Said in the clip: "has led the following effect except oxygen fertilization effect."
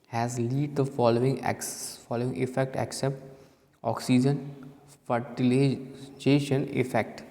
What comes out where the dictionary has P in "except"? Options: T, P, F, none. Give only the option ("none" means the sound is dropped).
P